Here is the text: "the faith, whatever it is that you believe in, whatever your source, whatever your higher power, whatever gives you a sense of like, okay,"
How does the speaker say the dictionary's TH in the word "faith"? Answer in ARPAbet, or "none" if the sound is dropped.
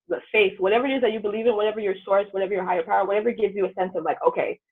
TH